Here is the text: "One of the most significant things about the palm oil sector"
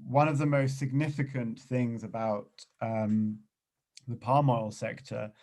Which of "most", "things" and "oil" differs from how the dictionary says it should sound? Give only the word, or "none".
none